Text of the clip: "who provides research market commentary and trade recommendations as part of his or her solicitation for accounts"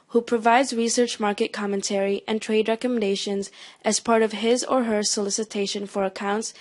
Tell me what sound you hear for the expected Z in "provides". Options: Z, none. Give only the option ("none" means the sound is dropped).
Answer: Z